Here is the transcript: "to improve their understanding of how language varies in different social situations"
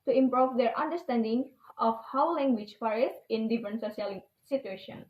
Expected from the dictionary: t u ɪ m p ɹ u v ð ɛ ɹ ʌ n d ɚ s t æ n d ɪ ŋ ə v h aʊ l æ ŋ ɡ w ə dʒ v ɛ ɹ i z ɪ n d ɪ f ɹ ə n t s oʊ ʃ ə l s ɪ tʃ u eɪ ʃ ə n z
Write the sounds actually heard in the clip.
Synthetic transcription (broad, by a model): t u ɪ m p ɹ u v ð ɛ ɹ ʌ n d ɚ s t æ n d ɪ ŋ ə f h aʊ l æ ŋ ɡ w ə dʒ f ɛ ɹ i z ɪ n d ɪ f ɹ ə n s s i ə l s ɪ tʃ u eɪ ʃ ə n